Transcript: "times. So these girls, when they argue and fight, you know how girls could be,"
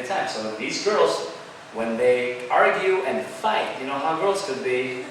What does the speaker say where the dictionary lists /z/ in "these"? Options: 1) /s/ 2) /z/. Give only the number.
2